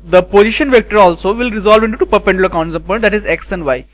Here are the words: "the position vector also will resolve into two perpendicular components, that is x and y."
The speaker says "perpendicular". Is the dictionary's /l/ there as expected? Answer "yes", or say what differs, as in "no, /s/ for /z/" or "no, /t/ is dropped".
no, /n/ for /l/